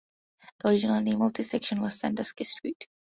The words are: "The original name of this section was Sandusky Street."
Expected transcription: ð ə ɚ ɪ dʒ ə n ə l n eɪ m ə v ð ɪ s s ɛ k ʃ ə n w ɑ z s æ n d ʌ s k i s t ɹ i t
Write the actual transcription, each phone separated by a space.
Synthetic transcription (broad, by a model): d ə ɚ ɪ dʒ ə n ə l n eɪ m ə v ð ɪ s s ɛ k ʃ ə n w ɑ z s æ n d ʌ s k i s t ɹ i t